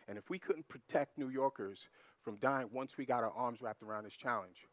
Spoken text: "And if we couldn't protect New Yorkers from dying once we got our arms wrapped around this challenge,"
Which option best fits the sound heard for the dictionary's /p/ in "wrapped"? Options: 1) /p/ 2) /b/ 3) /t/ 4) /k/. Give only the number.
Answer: 1